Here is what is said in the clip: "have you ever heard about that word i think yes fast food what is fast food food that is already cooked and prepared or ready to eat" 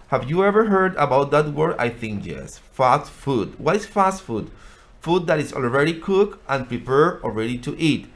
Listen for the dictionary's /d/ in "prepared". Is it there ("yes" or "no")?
no